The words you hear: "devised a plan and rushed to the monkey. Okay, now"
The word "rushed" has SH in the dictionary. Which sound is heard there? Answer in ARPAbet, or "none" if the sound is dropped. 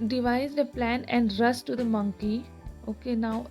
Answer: S